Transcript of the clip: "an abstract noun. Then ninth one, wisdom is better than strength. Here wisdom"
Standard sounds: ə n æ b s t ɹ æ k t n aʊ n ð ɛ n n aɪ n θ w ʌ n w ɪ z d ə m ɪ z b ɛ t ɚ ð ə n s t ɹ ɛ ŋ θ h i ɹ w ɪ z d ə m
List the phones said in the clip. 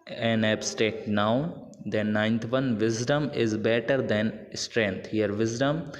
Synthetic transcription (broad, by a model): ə n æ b s t ɛ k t n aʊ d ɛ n n aɪ n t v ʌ n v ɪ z d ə m ɪ z b ɛ t ɚ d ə n s t ɹ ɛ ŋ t h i ɹ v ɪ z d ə m